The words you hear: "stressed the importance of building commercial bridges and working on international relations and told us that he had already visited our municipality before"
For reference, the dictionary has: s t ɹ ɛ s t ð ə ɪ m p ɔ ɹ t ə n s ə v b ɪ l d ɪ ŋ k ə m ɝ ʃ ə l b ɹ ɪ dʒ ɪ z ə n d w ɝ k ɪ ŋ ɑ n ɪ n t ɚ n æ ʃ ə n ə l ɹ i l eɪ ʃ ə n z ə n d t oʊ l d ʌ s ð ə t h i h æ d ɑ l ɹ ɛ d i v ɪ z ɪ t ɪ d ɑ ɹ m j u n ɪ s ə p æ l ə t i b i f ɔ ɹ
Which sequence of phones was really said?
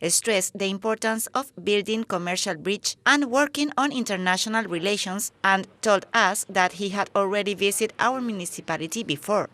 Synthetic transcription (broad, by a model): s t ɹ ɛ s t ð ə ɪ m p ɔ ɹ t ə n s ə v b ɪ l d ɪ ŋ k ə m ɝ ʃ ə l b ɹ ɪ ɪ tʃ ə n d w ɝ k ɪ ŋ ɑ n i n t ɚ n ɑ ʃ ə n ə l ɹ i l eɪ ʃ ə n s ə n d t oʊ l d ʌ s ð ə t h i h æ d ɑ l ɹ ɛ d i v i s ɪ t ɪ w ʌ ɹ m j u n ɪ s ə p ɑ l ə t i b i f ɔ ɹ